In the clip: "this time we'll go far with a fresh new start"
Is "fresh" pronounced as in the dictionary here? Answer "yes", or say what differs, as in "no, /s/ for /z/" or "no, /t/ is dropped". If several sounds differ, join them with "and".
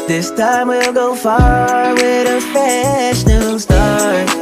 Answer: no, /ɹ/ is dropped